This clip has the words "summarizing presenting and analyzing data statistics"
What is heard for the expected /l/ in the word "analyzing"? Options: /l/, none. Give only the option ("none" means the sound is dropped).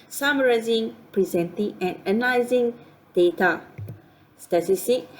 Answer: none